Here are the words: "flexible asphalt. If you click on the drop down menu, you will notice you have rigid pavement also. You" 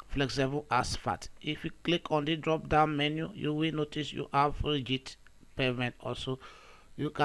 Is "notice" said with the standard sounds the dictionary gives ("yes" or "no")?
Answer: yes